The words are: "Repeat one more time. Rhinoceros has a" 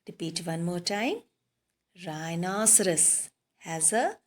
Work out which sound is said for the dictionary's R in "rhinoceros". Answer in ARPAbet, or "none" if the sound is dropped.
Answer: R